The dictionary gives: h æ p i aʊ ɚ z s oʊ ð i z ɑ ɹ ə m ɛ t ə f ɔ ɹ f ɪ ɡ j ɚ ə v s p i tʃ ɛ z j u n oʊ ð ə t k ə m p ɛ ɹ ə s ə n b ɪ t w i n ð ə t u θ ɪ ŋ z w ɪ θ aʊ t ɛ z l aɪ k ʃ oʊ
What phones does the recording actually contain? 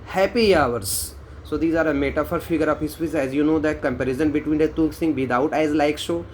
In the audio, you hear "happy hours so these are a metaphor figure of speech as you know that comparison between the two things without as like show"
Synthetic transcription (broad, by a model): h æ p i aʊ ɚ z s oʊ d i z ɑ ɹ ə m ɛ t ə f ɔ ɹ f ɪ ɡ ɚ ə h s f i s ɛ z j u n oʊ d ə t k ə m p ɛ ɹ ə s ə n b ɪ t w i n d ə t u s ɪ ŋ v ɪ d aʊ t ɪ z l aɪ k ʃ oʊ